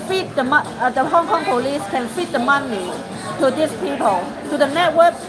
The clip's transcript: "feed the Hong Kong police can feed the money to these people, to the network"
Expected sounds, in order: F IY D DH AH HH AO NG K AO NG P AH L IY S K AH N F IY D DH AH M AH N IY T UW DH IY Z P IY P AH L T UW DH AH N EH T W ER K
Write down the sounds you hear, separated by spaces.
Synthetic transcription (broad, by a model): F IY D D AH HH AO NG K AO NG P AH L IY S K AH N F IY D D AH M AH N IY T UW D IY S P IY P AH L T UW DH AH N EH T W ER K